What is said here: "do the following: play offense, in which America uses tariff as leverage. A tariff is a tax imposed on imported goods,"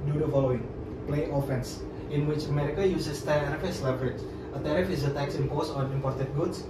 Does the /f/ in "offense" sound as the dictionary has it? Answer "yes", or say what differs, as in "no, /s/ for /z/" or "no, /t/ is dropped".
yes